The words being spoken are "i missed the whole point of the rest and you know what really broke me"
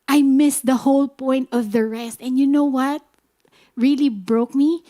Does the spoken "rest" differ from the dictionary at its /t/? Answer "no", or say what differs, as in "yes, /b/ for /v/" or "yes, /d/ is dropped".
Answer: no